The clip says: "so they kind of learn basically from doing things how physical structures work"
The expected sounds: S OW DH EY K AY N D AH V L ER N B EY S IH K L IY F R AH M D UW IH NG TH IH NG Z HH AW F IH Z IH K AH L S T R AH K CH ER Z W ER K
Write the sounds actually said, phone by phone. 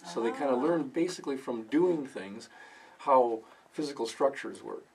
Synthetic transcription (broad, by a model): S OW DH EY K AY N D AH L ER N B EY S IH K L IY F R AH M D UW IH NG TH IH NG Z HH AW F IH Z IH K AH L S T R AH K CH ER Z W ER